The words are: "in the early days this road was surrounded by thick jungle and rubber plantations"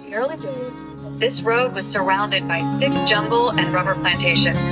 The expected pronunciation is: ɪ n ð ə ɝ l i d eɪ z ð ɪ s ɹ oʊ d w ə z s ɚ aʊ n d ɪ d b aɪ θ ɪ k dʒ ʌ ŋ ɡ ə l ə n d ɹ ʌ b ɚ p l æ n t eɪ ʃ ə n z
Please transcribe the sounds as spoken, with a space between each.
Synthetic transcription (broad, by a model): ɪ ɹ l i d eɪ z ð ɪ s ɹ oʊ d w ə z s ɚ aʊ n d ɪ d b aɪ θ ɪ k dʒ ʌ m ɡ l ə n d ɹ ʌ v ɚ p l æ n t eɪ ʃ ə n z